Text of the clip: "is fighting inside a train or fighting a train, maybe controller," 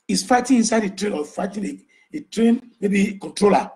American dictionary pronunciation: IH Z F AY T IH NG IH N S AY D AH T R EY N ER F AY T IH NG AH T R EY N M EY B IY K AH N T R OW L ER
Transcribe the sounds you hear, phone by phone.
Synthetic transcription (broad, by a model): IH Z F AY T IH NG IH N S AY D AH T R EY N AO F AY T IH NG AH T R EY N M EY B IY K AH N T R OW L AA